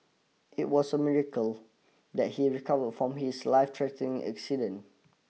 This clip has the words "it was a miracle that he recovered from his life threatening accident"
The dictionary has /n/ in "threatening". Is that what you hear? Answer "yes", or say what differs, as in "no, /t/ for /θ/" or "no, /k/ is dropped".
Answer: no, /n/ is dropped